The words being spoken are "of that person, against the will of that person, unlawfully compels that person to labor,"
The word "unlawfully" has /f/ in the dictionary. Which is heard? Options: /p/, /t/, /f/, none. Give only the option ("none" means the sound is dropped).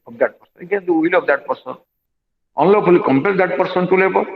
/p/